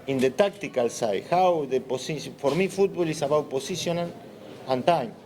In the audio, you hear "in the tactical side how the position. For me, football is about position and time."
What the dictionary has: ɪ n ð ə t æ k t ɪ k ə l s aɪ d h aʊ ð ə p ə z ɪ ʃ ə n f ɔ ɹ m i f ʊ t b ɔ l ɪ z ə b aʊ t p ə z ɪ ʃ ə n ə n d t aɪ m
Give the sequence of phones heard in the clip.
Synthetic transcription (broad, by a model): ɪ n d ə t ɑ k t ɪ k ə l s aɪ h aʊ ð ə p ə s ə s f ɔ ɹ m i f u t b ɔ l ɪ s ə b aʊ t p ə s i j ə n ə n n t aɪ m